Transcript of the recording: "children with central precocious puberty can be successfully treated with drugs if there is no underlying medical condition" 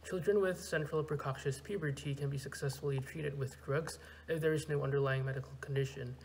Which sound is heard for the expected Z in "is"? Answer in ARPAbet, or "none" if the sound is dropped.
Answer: Z